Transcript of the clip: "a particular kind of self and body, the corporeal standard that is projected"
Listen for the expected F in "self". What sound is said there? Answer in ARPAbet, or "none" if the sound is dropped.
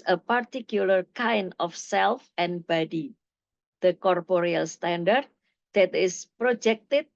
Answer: F